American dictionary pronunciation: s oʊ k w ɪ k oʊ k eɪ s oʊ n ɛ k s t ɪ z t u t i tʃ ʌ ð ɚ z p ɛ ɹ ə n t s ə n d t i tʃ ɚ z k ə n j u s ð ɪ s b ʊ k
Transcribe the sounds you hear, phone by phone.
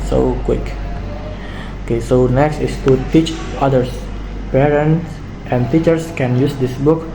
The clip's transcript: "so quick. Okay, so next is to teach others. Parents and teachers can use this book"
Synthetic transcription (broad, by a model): s oʊ k w ɪ k oʊ k eɪ s oʊ n ɛ k s t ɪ s t u t i tʃ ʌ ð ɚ s p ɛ ɹ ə n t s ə n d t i tʃ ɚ s k ə n j u s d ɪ s b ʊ k